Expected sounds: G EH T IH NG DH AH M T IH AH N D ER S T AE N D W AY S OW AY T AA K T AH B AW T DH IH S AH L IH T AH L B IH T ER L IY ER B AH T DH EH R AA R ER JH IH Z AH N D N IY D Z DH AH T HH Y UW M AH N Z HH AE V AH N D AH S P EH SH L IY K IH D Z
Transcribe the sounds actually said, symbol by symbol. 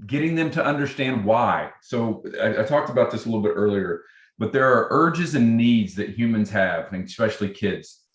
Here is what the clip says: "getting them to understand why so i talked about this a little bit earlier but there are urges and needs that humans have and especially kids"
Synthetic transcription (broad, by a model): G EH T IH NG DH AH M T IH AH N D ER S T AE N D W AY S OW AY T AA K T AH B AW T DH IH S AH L IH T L B IH T ER L IY ER B AH T DH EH R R ER JH IH Z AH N N IY D Z DH AH T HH Y UW M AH N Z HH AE V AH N S P EH SH L IY K IH D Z